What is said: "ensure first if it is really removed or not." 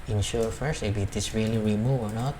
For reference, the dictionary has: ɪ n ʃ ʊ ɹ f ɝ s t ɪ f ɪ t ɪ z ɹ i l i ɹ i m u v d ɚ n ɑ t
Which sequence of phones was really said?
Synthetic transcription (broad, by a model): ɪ n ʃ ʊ ɹ f ɝ s t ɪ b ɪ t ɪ s ɹ i l i ɹ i m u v ɚ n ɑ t